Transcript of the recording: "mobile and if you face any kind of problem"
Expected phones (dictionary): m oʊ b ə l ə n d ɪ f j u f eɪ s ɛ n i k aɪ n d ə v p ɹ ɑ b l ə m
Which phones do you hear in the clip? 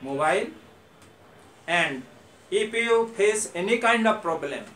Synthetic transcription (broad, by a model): m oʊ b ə l ə n d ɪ p j u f eɪ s ɛ n i k aɪ n d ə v p ɹ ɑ b l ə m